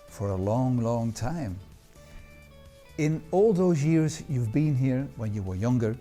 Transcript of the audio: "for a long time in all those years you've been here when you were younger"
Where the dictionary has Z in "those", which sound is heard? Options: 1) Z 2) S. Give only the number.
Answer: 1